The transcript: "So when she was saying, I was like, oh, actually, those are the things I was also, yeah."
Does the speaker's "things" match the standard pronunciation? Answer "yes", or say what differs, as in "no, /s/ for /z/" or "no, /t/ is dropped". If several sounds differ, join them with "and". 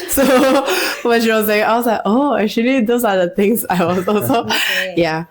no, /t/ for /θ/